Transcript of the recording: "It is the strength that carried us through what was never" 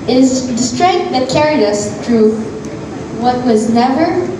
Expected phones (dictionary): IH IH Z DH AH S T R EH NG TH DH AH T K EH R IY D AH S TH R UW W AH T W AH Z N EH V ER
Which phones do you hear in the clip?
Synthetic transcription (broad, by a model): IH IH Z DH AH S T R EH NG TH DH AH T K EH R IY D AH S TH R UW W AH T W AH Z N EH V ER